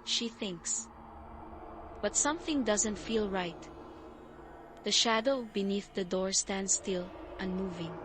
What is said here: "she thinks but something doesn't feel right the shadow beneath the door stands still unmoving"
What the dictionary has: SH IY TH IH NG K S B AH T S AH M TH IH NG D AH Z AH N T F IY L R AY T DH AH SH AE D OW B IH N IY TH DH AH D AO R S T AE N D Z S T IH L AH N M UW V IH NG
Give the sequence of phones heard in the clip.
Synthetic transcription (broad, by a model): SH IY TH IH NG K S B AH T S AH M TH IH NG D AH Z AH N T F IY L R AY T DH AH SH AE D OW B IH N IY TH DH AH D AO R S T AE N D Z S T IH L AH N M UW V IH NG